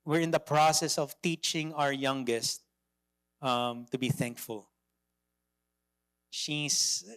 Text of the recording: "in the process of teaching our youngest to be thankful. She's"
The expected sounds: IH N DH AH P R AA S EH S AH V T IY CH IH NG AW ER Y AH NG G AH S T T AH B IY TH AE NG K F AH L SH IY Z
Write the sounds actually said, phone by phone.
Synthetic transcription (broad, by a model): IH N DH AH P R AA S EH S AH V T IY CH IH NG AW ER Y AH NG G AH S T T AH B IY TH AE NG K F AH L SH IY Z